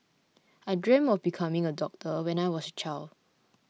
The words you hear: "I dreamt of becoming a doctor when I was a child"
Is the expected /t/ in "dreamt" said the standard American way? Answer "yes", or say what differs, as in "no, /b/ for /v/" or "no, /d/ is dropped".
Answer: no, /t/ is dropped